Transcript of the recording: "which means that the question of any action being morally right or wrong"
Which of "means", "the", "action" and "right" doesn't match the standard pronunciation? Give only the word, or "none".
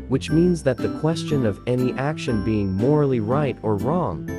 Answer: none